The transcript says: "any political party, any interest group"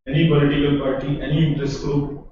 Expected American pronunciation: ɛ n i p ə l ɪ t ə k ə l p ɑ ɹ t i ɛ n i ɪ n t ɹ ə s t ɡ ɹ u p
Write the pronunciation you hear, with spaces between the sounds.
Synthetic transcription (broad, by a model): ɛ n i b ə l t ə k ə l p ɑ ɹ t i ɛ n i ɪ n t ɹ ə s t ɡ ɹ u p